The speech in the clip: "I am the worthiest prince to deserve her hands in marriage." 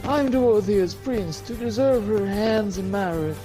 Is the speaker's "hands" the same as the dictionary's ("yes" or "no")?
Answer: yes